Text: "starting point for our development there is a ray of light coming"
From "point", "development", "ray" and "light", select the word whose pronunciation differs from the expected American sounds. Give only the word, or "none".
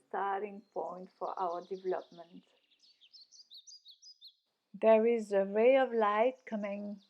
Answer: ray